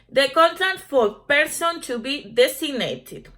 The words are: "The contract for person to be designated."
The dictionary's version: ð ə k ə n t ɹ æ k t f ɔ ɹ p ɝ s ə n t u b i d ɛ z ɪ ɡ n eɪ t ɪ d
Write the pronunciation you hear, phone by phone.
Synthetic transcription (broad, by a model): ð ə k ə n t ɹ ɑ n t f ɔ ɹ p ɝ s ə n t u b i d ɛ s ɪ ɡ n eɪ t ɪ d